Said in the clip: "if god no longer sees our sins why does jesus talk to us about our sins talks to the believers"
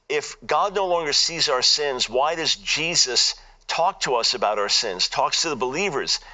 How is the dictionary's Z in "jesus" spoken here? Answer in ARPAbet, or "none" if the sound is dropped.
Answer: Z